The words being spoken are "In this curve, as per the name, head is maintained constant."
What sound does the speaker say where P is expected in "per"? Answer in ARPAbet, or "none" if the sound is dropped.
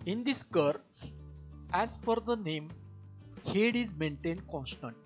F